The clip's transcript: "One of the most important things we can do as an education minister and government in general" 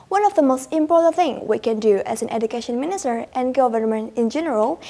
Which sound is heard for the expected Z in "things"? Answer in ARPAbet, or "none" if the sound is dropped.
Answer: none